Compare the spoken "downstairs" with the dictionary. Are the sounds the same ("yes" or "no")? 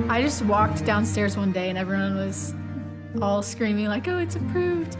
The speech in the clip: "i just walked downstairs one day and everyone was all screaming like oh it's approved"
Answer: yes